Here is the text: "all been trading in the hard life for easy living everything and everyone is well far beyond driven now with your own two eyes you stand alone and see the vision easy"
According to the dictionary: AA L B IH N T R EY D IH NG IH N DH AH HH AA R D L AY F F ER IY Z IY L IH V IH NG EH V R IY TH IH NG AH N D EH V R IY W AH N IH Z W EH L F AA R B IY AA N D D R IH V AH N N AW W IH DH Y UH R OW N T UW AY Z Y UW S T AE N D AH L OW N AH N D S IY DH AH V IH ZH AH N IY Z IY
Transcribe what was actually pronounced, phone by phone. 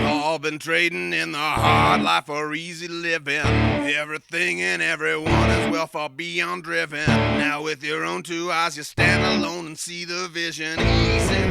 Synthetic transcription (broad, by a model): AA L B IH N T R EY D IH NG IH N DH AH HH AA R D L AY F F ER IY Z IY L IH V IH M EH V R IY TH IH NG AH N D EH V R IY W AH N IH Z W EH L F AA L B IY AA N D D R IH V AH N N AW W IH DH Y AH R OW N T UW AY Z Y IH S T AE N D AH L OW N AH N S IY DH AH V IH ZH AH N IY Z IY